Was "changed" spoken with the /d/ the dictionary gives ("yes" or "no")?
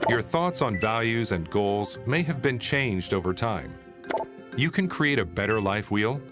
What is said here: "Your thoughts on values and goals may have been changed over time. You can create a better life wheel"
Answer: yes